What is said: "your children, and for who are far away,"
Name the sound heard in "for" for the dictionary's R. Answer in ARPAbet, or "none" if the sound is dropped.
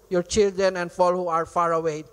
L